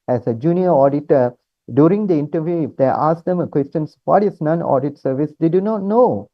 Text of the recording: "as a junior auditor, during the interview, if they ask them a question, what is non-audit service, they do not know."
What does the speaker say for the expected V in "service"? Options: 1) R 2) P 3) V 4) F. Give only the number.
3